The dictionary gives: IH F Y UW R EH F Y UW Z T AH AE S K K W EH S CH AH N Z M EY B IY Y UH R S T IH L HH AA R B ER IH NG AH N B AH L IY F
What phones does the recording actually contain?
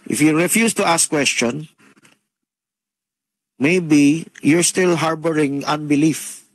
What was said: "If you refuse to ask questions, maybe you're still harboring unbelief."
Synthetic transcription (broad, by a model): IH F Y UW R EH F Y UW S T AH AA S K K W EH S CH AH N M EY B IY Y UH R S T IH L HH AA R B ER IH NG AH N B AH L IY F